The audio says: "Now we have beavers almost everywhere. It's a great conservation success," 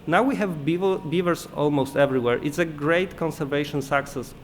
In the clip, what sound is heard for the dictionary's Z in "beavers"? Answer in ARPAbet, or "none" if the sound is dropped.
S